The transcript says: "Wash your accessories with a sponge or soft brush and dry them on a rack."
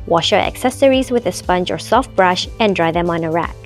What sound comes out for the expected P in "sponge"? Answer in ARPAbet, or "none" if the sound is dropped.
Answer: P